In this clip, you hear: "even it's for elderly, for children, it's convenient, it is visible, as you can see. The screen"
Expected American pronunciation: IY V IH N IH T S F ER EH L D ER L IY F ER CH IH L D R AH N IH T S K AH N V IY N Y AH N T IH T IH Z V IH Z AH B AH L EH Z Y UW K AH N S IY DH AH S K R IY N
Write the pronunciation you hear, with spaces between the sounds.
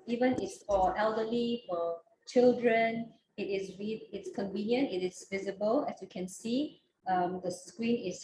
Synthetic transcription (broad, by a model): IY V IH N IH T S F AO EH L D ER L IY F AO CH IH L D R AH N IH T S K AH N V IY N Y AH N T IH T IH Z V IH Z AH B AH L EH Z Y UW K AH N S IY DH AH S K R IY N